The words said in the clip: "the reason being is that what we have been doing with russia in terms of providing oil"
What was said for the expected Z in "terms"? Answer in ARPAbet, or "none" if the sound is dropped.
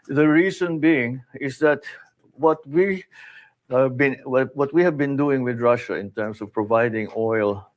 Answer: S